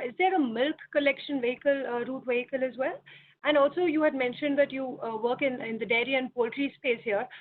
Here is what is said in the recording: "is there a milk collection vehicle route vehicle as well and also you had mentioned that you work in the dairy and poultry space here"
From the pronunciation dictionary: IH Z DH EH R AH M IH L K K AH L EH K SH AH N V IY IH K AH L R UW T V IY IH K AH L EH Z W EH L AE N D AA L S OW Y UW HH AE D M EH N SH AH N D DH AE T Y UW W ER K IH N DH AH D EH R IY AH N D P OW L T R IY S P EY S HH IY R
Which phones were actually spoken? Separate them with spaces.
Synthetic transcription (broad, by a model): IH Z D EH R AH M IH L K K AH L EH K SH AH N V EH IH K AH L R UW T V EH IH K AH L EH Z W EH L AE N D AA L S OW Y UW HH AE D M EH N SH AH N D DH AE T Y UW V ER K IH N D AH D EH R IY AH N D P OW L T R IY S P EY S HH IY R